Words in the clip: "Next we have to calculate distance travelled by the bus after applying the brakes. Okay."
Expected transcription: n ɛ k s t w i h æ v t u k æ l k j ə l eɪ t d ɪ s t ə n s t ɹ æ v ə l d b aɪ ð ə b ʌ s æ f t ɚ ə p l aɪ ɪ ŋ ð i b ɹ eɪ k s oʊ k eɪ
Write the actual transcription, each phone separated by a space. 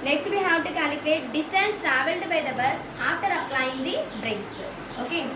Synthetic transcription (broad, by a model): n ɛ k s t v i h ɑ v t u k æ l k l eɪ t d ɪ s t ə n s t ɹ æ v ə l d b aɪ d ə b ʌ s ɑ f t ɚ ə p l aɪ ɪ ŋ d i b ɹ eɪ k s oʊ k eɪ